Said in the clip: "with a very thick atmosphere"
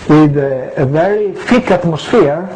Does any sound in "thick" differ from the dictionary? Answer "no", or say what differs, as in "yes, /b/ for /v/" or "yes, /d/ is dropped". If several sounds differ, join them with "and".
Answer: yes, /f/ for /θ/